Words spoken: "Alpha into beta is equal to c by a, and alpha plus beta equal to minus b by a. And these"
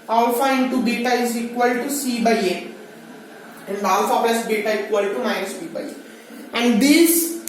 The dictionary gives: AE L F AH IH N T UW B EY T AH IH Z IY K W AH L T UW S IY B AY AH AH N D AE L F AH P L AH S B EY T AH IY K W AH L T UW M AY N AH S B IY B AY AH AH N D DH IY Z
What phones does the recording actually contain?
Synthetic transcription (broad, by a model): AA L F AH IH N T UW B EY T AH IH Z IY K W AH L T UW S IY B AY AH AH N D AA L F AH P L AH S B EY T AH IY K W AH L T UW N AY AH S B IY B AY AH AH N D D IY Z